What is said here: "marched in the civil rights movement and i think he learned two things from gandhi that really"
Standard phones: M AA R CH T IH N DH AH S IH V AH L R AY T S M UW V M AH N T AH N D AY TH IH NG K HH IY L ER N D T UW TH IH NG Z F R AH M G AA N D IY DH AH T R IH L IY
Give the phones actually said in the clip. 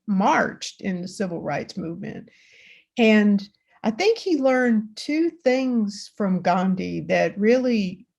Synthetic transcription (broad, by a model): M AA R CH T IH N DH AH S IH V L R AY T S M UW V M AH N T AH N AY TH IH NG K HH IY L ER N T UW TH IH NG Z F R AH M G AA N D IY DH AH T R IH L IY